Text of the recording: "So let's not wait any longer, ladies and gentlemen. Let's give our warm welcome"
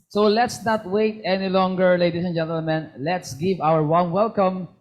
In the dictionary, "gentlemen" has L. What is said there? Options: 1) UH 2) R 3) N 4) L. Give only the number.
4